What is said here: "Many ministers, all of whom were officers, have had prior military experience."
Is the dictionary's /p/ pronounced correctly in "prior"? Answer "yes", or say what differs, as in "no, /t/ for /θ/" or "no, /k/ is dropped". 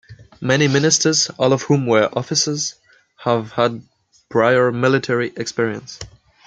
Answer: no, /b/ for /p/